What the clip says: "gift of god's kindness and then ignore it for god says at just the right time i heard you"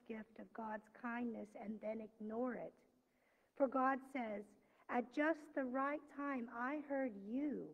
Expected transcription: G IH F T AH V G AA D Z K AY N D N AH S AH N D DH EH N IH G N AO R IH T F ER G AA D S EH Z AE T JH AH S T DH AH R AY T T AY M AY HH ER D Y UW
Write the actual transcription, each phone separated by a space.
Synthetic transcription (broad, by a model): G IH F T AH V G AA D Z K AY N N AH S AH N DH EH N IH G N AO R IH T F ER G AA D S EH Z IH T JH AH S T DH AH R AY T T AY M AY HH ER D Y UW